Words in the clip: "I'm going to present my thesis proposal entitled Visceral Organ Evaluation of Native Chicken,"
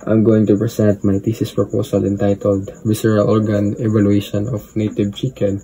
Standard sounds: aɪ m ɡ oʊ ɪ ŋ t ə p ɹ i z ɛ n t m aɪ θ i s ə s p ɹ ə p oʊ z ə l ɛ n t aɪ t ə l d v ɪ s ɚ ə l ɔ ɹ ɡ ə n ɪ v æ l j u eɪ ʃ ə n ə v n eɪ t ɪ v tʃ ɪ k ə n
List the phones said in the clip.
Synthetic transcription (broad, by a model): aɪ m ɡ oʊ ɪ ŋ t ə p ɹ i s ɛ n t m aɪ t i s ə s p ɹ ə p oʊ s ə l ɛ n t aɪ t ə l d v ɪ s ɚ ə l ɔ ɹ ɡ ə n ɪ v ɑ l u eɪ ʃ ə n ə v n eɪ t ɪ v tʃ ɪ k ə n